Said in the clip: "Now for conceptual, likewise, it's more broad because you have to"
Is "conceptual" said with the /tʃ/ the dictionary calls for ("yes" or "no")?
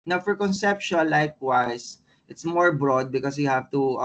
no